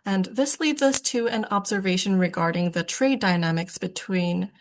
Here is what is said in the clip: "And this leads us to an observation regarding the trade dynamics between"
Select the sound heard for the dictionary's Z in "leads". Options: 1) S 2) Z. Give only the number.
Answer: 2